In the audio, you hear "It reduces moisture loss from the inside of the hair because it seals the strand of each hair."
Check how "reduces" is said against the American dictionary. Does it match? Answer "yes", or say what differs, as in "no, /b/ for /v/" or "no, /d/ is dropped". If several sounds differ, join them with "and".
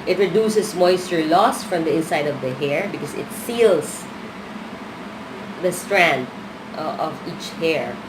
no, /s/ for /z/